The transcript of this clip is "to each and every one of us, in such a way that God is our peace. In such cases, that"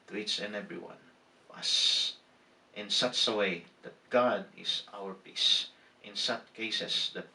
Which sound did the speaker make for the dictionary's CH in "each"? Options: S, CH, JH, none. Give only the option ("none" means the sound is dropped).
S